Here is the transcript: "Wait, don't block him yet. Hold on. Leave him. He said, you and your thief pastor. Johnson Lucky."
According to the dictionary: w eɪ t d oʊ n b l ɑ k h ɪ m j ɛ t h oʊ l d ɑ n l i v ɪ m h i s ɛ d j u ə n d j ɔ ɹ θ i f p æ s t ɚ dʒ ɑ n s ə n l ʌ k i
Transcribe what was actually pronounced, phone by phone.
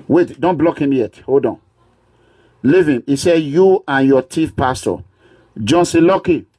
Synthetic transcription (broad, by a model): w eɪ t d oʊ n b l ɑ k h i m j ɛ t h oʊ l d ɑ n l i v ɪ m i s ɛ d j u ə n j ɔ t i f p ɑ s t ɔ dʒ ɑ n s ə l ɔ k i